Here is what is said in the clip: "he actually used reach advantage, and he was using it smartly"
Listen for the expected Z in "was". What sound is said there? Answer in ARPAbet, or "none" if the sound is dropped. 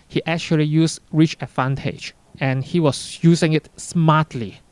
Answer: S